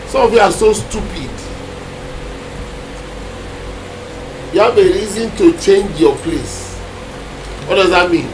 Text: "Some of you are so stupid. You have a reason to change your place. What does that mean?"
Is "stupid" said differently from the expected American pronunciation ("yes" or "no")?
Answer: no